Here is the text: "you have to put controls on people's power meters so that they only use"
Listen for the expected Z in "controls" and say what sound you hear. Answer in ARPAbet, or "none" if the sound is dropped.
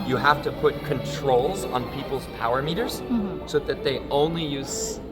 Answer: Z